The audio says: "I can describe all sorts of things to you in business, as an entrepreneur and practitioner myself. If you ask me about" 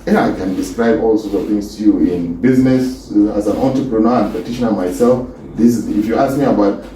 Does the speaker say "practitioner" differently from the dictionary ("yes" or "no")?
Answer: yes